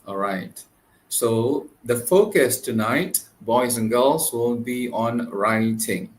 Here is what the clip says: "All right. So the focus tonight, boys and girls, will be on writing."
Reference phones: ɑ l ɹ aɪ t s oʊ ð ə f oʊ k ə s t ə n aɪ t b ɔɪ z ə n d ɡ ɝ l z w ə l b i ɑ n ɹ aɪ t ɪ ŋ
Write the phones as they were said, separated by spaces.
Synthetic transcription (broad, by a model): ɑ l ɹ aɪ t s oʊ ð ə f oʊ k ə s t ə n aɪ t b ɔɪ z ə n ɡ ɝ l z w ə n b i ɑ n ɹ aɪ t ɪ ŋ